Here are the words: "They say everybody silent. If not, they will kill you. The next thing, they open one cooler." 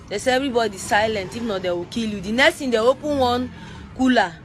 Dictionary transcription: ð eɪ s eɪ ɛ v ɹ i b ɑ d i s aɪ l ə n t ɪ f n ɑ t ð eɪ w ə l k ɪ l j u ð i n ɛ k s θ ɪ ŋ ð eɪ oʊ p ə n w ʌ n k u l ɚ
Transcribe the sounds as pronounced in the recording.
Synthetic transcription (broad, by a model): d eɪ s eɪ ɛ v ɹ i b ɑ d i s aɪ l ə n t ɪ f n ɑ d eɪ w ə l k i l j u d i n ɛ k s t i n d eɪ oʊ p ə n w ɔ n k u l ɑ